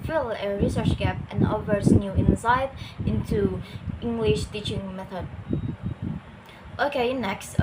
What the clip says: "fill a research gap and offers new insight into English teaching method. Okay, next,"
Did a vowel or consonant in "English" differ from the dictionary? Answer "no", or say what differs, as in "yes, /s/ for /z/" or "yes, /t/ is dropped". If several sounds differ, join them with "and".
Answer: no